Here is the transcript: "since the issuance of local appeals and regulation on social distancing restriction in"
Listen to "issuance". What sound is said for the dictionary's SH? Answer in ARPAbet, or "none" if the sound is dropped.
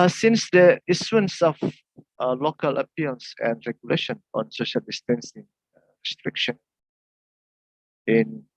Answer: S